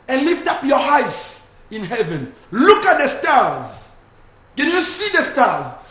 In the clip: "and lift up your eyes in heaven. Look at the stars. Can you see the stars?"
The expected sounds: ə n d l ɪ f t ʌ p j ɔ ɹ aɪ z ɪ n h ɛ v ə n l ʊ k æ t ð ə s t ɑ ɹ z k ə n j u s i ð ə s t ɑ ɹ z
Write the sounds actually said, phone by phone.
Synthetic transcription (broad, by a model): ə n l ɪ f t ʌ p j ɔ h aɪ s ɪ n h ɛ v ə n l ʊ k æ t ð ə s t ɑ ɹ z k ə n j u s i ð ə s t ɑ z